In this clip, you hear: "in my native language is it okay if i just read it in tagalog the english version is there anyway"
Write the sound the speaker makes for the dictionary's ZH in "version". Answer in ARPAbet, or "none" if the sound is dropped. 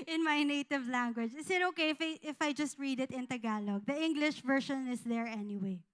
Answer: SH